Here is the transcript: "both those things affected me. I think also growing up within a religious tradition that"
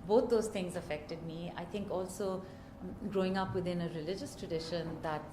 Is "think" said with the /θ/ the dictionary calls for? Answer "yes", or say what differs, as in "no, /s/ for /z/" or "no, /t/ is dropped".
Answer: no, /t/ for /θ/